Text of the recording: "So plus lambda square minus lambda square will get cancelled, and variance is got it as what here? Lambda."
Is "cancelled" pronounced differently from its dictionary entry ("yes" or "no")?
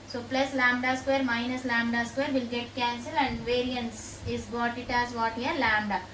yes